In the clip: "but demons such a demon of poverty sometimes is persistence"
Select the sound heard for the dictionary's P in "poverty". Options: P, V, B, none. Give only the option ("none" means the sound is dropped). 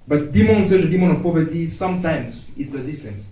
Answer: P